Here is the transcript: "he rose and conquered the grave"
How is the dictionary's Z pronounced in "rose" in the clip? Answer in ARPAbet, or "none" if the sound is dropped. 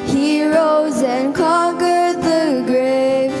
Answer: Z